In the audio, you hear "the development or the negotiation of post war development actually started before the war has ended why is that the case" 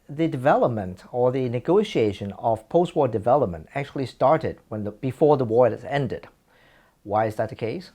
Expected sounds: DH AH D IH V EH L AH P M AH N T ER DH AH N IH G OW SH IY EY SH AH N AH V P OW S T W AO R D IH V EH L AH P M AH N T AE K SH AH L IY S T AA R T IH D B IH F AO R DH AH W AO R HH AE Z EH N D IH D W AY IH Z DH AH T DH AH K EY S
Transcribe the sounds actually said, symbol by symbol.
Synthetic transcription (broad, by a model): DH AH D IH V EH L AH P M AH N T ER DH AH N IH G OW SH IY EY SH AH N AH V P OW S T W AO R D IH V EH L AH P M AH N T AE K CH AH L IY S T AA R T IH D B IH F AO R DH AH W AO R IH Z EH N D IH D W AY IH Z DH AH T DH AH K EY S